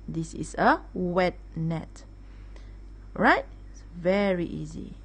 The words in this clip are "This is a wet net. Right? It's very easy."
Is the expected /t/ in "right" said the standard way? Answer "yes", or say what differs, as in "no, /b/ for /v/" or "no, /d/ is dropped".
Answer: no, /t/ is dropped